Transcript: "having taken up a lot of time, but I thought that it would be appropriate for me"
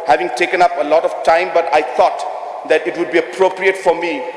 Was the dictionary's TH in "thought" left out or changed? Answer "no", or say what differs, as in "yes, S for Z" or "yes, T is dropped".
yes, T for TH